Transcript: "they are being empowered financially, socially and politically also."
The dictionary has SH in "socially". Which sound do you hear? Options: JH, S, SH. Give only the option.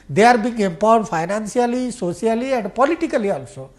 S